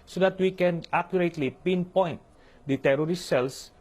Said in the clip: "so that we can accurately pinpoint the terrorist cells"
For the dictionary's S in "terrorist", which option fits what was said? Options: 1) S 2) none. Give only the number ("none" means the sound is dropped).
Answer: 2